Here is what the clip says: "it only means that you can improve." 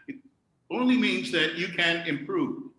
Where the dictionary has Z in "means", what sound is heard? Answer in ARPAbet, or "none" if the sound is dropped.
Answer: Z